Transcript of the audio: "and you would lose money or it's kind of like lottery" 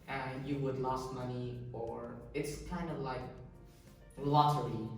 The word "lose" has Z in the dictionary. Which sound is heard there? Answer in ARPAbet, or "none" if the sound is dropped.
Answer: S